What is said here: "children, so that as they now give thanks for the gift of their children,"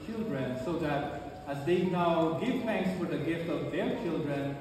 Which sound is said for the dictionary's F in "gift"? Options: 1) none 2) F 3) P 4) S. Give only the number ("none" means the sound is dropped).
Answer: 2